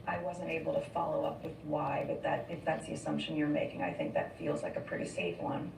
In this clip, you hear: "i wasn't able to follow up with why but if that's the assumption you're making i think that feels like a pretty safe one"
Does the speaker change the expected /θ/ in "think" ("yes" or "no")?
no